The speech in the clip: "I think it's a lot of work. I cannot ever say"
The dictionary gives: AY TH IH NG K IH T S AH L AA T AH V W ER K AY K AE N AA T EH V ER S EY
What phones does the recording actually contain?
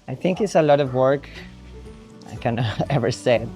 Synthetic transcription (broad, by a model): AY TH IH NG K IH T S AH L AA T AH V W ER K AY K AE N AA EH V ER S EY